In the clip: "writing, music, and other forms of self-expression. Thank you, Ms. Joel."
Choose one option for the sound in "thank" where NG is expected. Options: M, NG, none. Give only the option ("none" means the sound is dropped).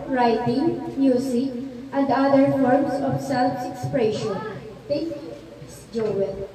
none